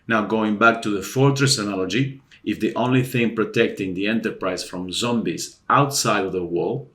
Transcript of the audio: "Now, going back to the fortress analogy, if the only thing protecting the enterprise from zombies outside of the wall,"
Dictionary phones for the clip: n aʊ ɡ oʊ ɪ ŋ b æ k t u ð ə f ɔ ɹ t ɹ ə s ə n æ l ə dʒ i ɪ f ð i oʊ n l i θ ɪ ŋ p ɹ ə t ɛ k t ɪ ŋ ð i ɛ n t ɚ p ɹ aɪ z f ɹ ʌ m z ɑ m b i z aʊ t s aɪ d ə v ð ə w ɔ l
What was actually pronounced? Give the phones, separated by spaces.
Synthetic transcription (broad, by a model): n aʊ ɡ oʊ ɪ ŋ b æ k t u ð ə f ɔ ɹ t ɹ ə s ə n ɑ l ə dʒ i ɪ f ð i oʊ n l i θ ɪ ŋ p ɹ ə t ɛ k t ɪ ŋ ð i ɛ n t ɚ p ɹ aɪ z f ɹ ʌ m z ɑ m b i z aʊ t s aɪ d ə v ð ə w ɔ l